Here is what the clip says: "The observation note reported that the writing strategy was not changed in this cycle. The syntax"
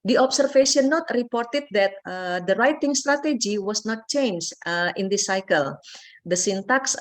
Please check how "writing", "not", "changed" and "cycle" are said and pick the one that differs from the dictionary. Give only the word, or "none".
changed